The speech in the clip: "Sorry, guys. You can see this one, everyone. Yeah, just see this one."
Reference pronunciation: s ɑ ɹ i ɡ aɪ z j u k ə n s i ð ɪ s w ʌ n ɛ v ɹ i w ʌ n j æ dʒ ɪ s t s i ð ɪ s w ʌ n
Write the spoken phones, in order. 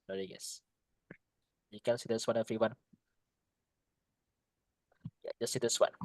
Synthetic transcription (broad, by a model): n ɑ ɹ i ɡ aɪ s j u k ə n s i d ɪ s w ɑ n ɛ f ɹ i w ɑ n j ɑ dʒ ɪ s s i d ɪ s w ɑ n